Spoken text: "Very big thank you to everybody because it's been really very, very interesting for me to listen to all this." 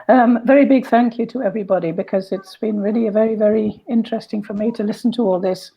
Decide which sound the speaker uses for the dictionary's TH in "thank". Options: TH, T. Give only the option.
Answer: TH